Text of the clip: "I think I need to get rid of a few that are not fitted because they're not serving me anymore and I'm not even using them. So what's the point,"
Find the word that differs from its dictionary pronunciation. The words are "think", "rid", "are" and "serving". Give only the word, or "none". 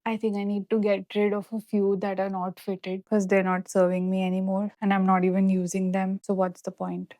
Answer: think